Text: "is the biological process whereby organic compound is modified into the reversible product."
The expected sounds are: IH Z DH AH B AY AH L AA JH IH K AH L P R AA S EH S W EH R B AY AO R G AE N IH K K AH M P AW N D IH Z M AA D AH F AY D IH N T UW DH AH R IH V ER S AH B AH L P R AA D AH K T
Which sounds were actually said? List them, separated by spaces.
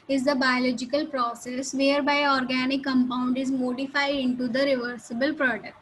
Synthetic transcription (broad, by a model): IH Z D AH B AY AH L AA JH IH K AH L P R AA S EH S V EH R B AY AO R G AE N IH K K AH M P AW N D IH Z M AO D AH F AY D IH N T UW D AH R IH V ER S AH B AH L P R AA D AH K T